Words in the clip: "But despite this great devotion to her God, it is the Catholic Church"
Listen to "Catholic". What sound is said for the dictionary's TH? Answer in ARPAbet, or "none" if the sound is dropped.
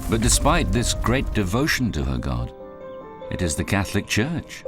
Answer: TH